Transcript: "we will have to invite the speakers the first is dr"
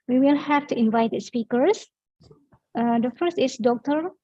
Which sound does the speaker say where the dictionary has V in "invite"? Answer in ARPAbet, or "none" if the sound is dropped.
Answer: V